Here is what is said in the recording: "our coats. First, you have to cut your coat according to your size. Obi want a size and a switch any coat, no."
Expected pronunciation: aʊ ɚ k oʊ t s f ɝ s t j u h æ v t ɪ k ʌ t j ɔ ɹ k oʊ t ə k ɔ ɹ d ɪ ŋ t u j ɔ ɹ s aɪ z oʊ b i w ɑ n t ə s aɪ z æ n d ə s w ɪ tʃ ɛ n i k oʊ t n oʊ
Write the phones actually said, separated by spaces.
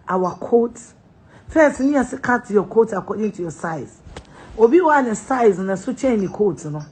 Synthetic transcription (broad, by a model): aʊ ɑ k oʊ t f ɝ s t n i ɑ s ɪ k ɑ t j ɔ k oʊ t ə k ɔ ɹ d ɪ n t u j ɔ s aɪ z oʊ b i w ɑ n ə s aɪ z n ə s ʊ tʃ ɛ n i k oʊ t n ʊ